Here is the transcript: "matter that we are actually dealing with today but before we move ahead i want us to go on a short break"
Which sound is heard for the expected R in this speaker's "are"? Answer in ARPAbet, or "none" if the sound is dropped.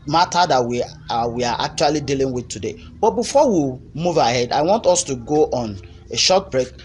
W